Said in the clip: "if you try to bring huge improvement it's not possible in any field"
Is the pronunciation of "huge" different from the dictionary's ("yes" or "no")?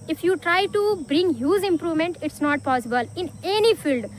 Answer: yes